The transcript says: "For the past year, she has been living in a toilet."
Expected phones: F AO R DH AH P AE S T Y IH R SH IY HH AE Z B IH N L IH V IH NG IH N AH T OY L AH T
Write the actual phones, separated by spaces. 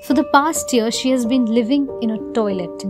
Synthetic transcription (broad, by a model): F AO R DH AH P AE S T Y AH R SH IY HH AE Z B IH N L IH V IH NG IH N AH T OY L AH T